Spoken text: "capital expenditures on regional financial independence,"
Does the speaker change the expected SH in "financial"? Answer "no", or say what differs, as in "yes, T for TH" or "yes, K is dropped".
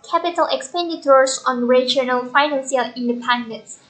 yes, S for SH